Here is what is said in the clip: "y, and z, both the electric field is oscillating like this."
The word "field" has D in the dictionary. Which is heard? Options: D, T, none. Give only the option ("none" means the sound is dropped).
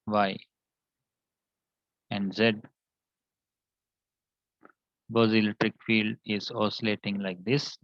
D